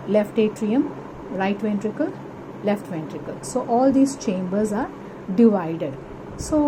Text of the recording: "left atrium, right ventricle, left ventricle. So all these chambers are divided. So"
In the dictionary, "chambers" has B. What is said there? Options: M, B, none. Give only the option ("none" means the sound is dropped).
B